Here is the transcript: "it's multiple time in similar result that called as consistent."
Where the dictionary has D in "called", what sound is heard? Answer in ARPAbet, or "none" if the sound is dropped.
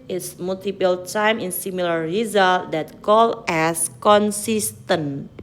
none